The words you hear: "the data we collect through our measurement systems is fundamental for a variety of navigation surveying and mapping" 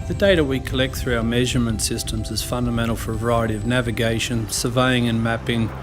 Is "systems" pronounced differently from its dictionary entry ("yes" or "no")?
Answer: no